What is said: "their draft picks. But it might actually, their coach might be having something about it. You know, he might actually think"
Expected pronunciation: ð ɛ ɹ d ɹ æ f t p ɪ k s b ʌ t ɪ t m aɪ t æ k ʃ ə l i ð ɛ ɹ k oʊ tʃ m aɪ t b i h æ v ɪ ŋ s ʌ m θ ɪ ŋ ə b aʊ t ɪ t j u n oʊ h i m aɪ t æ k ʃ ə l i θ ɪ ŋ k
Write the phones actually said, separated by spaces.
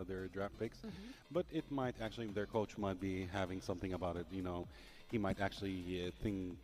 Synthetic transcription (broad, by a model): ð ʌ ɹ d ɹ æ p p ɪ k s b ʌ t ɪ t m aɪ t æ k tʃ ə l i ð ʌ ɹ k oʊ tʃ m aɪ t b i h æ v ɪ ŋ s ʌ m θ ɪ ŋ ə b aʊ t ɪ t j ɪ n oʊ h i m aɪ t æ k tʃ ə l i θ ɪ ŋ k